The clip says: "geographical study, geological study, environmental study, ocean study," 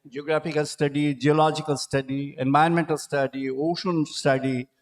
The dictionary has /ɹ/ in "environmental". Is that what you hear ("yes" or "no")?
no